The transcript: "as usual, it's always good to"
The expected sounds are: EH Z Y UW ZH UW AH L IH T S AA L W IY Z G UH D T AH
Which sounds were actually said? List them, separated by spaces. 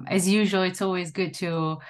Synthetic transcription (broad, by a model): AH Z Y UW ZH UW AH L IH T S AA L W IY Z G UH D T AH